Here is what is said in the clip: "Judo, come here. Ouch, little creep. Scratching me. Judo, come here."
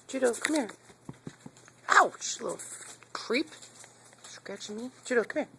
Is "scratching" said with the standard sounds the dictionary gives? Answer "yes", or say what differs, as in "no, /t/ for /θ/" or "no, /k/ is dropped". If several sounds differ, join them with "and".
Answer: no, /ɹ/ is dropped